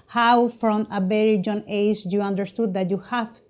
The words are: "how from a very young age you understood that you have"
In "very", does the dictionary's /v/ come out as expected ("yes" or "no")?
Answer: no